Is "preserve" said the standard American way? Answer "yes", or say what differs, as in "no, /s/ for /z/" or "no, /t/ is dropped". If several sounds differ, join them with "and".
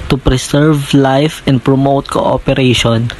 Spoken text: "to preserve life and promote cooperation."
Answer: no, /s/ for /z/